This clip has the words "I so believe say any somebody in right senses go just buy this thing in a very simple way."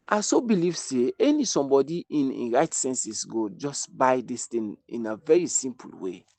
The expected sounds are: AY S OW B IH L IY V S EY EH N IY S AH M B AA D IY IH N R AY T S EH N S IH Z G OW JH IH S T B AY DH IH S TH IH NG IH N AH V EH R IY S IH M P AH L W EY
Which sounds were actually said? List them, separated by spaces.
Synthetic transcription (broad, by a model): AY S OW B IH L IY V S EY EH N IY S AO M B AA D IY IH N R AY T S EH N S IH S G OW JH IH S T B AY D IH S T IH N IH N AH V EH R IY S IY M P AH L W EY